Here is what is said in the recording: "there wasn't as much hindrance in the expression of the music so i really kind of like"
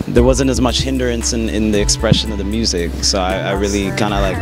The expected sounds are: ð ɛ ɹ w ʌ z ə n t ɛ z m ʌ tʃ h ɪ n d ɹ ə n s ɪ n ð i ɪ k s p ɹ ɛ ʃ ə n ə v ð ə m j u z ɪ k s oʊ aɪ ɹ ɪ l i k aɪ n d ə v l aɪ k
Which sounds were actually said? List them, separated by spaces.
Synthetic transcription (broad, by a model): ð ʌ ɹ w ʌ z ə n t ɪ z m ʌ tʃ h ɪ n d ɹ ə n s ɪ n ð i ɪ k s p ɹ ɛ ʃ ə n ə v ð ə m j u z ɪ k s oʊ aɪ ɹ ɪ l i k aɪ n d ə l aɪ k